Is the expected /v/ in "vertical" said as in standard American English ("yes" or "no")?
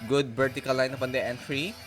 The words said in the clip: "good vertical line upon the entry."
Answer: no